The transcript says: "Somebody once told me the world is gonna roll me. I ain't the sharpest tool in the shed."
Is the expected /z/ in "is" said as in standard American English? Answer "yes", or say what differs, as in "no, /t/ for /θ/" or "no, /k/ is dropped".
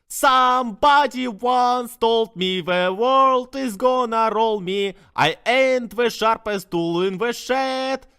yes